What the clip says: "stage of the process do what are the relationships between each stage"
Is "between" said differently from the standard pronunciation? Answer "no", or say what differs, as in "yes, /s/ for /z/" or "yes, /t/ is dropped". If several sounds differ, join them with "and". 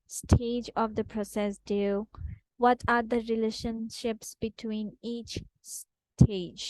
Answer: no